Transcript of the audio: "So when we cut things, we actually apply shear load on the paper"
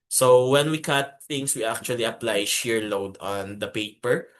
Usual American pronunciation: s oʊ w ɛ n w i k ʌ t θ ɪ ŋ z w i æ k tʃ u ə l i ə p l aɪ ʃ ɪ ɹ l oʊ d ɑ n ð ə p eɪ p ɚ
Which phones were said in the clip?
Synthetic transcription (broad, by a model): s oʊ w ɛ n w i k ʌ t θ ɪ ŋ s w i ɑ k tʃ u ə l i ə p l aɪ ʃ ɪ ɹ l oʊ d ɑ n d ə p eɪ p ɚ